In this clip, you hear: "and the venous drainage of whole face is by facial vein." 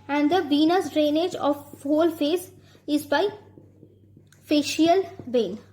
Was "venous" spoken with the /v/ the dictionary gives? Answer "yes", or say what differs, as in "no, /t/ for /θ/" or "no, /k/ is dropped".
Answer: no, /b/ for /v/